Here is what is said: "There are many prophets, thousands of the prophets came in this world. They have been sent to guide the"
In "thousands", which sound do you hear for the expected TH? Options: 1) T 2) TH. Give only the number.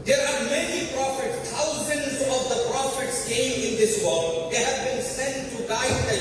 1